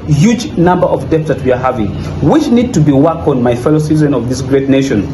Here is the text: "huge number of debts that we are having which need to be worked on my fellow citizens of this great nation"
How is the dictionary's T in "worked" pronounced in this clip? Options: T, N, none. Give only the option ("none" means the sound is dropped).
none